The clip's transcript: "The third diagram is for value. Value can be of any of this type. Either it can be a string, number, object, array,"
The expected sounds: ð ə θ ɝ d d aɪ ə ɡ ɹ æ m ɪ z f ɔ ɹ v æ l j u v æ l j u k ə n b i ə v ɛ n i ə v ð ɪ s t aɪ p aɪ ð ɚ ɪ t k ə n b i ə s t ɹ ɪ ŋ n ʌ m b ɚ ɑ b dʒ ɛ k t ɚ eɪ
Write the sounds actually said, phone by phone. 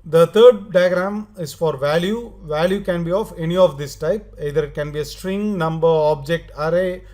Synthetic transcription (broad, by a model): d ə t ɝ d d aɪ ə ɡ ɹ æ m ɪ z f ɔ ɹ v æ l j u v æ l j u k ə n b i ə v ɛ n i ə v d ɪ s t aɪ p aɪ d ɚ ɪ t k ə n b i ə s t ɹ ɪ ŋ n ʌ m b ɚ ɑ b dʒ ɛ k t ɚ eɪ